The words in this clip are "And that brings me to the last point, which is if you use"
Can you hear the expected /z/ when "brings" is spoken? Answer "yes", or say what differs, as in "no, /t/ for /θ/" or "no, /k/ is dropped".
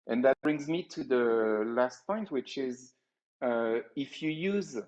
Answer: yes